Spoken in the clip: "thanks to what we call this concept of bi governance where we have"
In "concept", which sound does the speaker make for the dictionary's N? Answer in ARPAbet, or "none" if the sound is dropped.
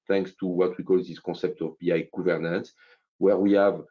none